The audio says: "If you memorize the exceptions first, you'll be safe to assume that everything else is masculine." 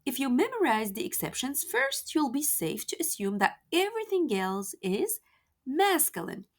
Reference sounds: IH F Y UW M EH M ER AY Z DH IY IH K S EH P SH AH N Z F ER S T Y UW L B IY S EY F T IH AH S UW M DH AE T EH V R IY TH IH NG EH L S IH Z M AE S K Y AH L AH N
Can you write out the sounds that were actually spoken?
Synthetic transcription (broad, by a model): IH F Y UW M EH M ER AY Z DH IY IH K S EH P SH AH N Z F ER S T Y UW L B IY S EY F T IH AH S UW M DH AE T EH V R IY TH IH NG EH L S IH Z M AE S K Y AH L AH N